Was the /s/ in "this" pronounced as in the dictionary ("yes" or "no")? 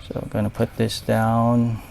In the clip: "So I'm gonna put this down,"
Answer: yes